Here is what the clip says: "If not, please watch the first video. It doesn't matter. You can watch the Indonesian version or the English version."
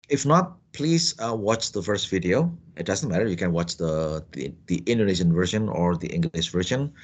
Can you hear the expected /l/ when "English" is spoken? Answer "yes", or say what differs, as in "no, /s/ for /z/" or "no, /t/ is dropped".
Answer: no, /n/ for /l/